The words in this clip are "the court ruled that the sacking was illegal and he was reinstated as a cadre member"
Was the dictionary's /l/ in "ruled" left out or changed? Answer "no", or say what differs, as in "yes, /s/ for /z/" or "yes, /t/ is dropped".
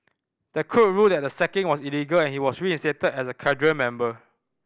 yes, /l/ is dropped